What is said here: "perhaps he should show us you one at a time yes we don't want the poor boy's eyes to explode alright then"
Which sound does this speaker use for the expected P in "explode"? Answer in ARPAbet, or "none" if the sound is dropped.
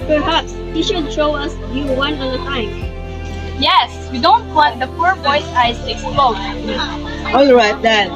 none